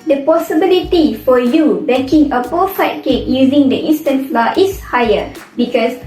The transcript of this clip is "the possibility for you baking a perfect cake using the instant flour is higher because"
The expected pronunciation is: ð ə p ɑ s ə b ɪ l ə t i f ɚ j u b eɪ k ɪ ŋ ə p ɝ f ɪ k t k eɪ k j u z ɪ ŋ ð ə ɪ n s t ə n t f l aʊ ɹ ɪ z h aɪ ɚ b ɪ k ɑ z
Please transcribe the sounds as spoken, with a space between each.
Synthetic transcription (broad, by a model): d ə p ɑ s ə b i l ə t i f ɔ j u b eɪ k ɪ ŋ ə p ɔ f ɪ t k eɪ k j u z ɪ ŋ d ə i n s t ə n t f l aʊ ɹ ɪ s h aɪ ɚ b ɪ k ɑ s